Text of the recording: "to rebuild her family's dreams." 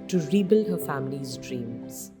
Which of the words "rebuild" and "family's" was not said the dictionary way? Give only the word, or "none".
none